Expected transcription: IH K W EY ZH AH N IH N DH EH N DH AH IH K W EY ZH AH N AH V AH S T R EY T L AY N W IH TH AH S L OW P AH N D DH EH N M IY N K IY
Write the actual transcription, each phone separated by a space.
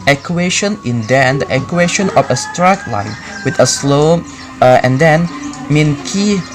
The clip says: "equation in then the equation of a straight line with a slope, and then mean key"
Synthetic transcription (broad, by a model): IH K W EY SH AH N IH N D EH N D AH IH K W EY SH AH N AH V AH S T R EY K L AY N W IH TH AH S L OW AH N D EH N M IY N K IY